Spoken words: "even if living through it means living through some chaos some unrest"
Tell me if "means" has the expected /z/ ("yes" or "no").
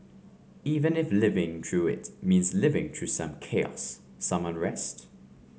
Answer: yes